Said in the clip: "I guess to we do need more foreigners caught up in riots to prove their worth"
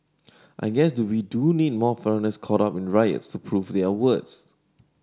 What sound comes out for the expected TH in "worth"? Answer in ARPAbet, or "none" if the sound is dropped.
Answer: S